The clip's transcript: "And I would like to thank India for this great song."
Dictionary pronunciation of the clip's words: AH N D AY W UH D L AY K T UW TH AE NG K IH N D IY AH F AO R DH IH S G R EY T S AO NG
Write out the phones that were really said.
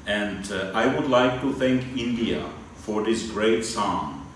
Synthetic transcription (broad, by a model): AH N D AY W UH D L AY K T UW TH AE NG K IH N D IY AH F AO R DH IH S G R EY T S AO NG